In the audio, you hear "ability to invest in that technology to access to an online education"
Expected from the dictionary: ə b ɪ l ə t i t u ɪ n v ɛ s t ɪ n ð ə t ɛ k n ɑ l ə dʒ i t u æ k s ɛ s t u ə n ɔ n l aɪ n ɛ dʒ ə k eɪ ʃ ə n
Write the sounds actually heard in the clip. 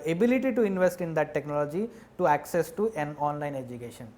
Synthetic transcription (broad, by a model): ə b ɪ l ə t i t u ɪ n v ɛ s t ɪ n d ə t ɛ k n ɑ l ə dʒ i t u æ k s ɛ s t u ə n ɔ n l aɪ n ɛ dʒ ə k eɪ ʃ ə n